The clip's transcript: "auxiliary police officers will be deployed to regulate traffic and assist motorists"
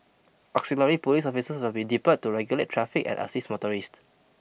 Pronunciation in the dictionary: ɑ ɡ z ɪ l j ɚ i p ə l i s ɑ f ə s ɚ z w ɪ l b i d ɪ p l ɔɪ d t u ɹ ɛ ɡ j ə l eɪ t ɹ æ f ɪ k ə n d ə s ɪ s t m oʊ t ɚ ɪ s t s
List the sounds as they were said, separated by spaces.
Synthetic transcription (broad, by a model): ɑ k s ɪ l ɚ i p ə l i s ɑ f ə s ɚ s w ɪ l b i d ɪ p ʌ t u ɹ ɛ ɡ j ə l eɪ t ɹ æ f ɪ k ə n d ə s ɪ s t m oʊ t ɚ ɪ s t